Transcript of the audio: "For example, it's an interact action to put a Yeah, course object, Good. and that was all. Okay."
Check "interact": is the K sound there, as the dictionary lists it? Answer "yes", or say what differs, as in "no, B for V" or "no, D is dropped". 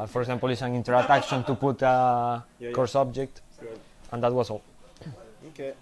no, K is dropped